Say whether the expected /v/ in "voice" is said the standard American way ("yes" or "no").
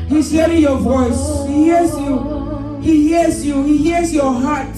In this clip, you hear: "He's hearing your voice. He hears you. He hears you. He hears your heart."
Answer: yes